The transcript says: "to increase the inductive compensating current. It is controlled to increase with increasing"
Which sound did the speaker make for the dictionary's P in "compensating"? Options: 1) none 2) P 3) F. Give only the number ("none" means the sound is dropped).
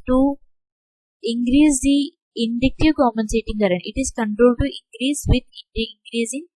1